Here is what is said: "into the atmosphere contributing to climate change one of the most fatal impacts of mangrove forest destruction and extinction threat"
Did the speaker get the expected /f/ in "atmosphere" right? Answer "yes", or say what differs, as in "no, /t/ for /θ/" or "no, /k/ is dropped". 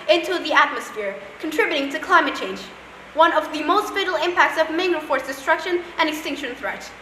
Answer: yes